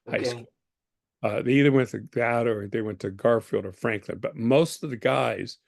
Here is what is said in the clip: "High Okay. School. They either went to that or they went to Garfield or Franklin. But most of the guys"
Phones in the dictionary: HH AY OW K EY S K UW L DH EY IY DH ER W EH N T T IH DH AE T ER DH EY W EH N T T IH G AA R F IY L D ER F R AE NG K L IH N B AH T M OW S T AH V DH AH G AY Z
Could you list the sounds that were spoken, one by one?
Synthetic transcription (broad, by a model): HH AY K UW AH DH EY IY DH ER W EH N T T IH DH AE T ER DH EY W EH N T T IH G AA R F IY L D ER F R AE NG K L IH N B AH T M OW S T AH V DH AH G AY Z